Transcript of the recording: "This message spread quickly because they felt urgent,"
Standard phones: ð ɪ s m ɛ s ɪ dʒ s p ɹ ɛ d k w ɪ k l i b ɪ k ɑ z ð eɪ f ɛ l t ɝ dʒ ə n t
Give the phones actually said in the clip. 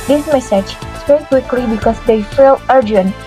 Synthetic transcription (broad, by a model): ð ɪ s m ɛ s ɪ dʒ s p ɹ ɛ k w ɪ k l i b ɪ k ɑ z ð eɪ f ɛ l ɝ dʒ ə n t